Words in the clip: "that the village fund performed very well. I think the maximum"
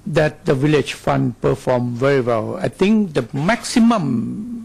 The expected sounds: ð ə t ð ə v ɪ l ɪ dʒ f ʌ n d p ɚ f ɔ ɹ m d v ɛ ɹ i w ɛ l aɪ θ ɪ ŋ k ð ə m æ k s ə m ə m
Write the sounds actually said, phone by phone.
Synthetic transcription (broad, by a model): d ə t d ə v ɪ l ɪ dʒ f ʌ n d p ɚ f ɔ m v ɛ ɹ i w ɛ l aɪ t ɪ ŋ k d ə m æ k s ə m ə m